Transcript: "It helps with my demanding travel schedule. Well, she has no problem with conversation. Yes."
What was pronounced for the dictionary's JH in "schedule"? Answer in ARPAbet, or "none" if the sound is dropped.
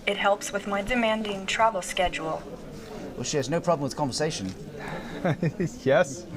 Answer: JH